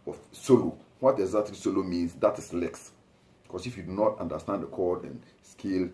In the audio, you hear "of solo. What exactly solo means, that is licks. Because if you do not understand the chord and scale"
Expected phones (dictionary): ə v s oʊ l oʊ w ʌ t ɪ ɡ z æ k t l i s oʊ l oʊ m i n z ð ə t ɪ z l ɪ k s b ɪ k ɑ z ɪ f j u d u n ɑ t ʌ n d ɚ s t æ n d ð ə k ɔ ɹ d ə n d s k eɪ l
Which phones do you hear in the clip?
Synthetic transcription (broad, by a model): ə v s oʊ l oʊ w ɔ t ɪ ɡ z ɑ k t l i s oʊ l oʊ m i n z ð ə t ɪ s l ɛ k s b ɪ k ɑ s ɪ f j u d u n ɑ t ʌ n d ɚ s t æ n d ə k ɔ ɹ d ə n s k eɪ l